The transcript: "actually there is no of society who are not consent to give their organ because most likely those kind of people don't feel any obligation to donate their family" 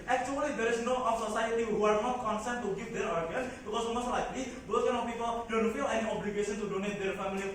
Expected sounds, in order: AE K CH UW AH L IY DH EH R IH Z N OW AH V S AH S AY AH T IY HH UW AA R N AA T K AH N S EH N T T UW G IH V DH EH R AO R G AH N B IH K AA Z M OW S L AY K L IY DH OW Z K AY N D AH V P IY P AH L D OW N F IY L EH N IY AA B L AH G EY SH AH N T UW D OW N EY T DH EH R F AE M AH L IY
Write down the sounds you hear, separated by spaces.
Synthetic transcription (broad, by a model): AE K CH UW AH L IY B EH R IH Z N OW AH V S AH S AY AH T IY HH UW AA R N AA T K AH N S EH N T T UW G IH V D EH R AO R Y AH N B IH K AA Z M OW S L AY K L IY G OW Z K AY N AH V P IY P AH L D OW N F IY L EH N IY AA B L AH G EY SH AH N T UW D OW N EY T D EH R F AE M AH L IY